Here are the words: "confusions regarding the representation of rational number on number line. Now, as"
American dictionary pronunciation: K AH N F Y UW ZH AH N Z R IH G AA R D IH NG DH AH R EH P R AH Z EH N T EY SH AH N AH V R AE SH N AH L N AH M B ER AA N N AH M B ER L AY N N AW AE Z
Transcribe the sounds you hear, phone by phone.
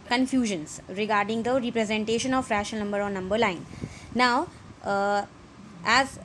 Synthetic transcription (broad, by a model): K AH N F Y UW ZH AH N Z R IH G AA R D IH NG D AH R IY P R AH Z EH N T EY SH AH N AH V R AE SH AH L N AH M B ER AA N N AH M B ER L AY N N AW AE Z